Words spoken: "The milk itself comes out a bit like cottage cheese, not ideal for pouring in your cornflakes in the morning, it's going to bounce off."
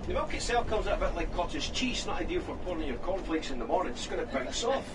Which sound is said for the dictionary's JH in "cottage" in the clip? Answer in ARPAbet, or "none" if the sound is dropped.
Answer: Z